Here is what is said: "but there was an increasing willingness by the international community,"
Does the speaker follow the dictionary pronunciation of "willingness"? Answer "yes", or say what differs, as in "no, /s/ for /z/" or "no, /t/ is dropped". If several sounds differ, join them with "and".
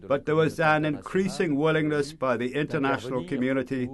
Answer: yes